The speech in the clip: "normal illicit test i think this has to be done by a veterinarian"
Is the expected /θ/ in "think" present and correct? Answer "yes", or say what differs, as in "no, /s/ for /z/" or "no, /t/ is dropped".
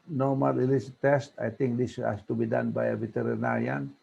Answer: no, /t/ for /θ/